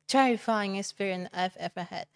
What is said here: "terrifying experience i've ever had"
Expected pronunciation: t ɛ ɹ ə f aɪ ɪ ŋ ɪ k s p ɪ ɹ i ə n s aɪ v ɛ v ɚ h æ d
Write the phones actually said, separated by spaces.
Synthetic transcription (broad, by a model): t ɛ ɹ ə f aɪ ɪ ŋ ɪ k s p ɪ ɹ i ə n aɪ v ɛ f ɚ h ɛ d